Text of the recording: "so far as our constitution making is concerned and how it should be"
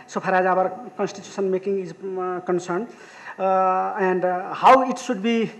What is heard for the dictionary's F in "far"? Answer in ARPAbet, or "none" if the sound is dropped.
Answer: P